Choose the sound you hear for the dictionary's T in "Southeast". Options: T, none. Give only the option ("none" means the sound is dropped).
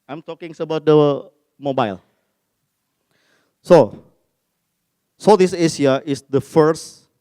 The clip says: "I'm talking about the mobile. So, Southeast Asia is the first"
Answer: none